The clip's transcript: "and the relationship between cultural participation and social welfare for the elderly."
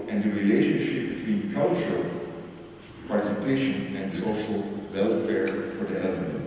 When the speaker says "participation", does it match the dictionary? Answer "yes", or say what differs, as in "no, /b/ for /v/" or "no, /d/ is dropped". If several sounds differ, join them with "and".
yes